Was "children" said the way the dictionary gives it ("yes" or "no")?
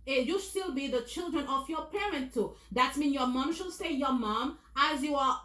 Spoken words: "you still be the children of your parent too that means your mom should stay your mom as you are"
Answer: yes